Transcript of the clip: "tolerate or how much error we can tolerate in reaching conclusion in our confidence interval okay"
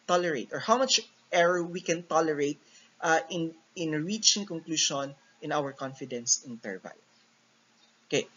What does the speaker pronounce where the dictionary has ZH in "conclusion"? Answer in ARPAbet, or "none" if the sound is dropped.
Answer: SH